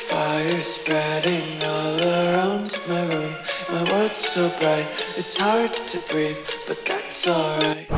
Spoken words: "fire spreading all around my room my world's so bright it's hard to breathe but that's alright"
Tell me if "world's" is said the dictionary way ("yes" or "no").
no